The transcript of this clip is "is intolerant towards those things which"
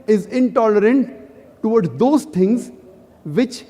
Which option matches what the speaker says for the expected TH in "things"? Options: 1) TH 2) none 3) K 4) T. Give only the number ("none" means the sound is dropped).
4